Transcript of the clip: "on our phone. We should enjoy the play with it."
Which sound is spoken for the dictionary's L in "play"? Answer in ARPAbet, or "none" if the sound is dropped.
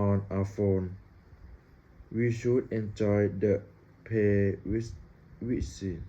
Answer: none